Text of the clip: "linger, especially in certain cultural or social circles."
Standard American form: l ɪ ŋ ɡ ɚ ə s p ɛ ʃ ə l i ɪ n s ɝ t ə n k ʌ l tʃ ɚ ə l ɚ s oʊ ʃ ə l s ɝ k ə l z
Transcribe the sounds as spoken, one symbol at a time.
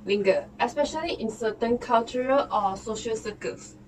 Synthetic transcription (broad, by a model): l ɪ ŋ ɡ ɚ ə s p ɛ ʃ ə l i ɪ n s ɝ t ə n k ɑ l tʃ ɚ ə l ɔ s oʊ ʃ ə l s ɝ k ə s